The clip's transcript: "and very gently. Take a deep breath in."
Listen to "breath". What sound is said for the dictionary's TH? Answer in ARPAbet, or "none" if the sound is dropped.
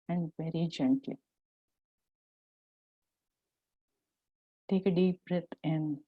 T